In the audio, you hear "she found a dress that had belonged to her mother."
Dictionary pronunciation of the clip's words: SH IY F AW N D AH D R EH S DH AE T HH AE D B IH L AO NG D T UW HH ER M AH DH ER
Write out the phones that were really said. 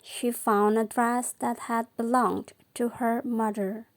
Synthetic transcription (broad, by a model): SH IY F AW N D AH D R EH S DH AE T HH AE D B IH L AO NG D T UW HH ER M AH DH ER